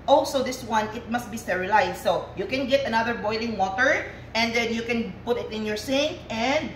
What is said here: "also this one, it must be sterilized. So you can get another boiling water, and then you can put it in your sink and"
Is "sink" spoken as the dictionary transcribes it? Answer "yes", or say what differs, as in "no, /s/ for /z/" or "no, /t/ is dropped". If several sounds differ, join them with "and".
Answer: no, /k/ is dropped